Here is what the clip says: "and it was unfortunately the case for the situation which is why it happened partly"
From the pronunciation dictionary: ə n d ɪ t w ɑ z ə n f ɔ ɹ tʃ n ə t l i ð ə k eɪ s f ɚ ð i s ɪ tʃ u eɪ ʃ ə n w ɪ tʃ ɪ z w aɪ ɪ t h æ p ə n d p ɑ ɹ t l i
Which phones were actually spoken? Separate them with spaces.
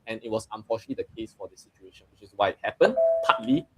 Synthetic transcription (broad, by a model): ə n ɪ t w ɑ s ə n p ɔ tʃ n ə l i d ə k eɪ s f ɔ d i s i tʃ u eɪ ʃ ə n w ɪ tʃ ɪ s w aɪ ɪ t h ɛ p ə n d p ɑ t l i